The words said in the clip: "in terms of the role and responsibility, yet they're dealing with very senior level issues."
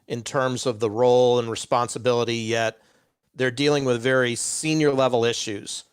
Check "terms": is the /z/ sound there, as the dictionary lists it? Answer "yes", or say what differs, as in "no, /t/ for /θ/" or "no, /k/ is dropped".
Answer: yes